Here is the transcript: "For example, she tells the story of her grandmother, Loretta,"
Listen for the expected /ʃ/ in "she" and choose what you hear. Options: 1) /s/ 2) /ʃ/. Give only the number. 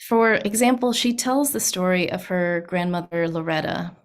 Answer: 2